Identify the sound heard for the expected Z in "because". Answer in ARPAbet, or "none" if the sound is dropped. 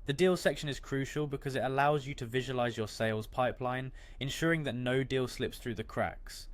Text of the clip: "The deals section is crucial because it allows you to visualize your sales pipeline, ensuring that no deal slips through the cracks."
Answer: Z